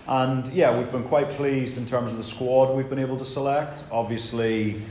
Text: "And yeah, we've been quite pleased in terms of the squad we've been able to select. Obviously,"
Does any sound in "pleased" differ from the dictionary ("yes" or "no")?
no